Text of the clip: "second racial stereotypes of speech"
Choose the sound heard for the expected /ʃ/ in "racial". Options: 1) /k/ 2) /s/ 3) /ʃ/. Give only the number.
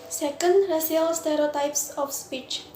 2